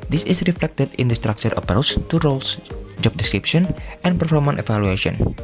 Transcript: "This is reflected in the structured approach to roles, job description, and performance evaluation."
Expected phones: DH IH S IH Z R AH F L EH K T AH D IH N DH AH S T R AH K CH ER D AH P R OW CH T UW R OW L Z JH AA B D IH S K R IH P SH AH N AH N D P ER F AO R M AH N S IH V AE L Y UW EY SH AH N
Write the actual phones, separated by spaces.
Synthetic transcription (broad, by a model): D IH S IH S R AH F L EH K T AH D IH N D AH S T R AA K CH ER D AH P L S T UW R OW L S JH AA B D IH S K R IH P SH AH N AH N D P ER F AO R M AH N IH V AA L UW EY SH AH N